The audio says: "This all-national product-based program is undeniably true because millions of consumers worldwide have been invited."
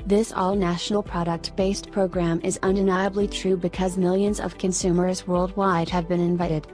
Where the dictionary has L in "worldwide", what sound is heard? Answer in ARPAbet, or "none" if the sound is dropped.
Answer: L